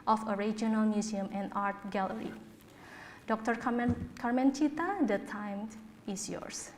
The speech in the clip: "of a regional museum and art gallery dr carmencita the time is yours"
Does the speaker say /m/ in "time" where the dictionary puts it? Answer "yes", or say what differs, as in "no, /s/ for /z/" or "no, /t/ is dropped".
yes